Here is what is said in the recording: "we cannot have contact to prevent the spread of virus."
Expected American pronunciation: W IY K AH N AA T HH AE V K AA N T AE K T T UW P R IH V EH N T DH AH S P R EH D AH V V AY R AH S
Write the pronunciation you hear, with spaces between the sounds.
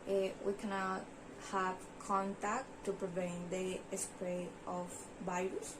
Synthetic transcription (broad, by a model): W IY K AH N AA T HH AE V K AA N T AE K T T UW P R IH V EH N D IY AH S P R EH AH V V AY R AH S